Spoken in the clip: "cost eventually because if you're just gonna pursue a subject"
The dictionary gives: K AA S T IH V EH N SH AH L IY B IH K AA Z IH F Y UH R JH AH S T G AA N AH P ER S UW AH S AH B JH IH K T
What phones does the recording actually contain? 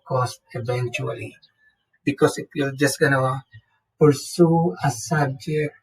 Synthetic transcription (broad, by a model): K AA S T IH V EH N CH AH L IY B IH K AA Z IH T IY L JH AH S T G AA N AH P ER S UW AH S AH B JH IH K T